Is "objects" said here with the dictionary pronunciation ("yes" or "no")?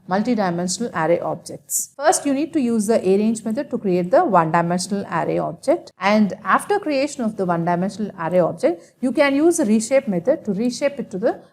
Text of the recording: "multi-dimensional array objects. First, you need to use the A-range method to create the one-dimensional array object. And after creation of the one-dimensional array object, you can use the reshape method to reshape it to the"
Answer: yes